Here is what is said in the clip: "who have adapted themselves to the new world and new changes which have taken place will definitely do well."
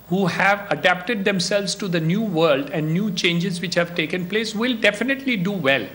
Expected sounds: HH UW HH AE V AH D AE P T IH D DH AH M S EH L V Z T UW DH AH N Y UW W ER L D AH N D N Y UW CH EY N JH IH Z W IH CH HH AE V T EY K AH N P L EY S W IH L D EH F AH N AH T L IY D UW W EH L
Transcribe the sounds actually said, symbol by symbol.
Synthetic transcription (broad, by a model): HH UW HH AE V AH D AE P T IH D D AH M S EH L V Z T UW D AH N Y UW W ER L D AH N D N Y UW CH EY N JH IH Z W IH CH HH AE V T EY K AH N P L EY S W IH L D EH F AH N AH T L IY D UW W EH L